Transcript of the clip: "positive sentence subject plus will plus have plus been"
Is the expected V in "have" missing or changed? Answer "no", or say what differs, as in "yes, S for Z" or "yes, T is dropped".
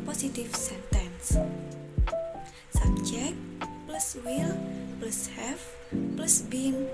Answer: yes, F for V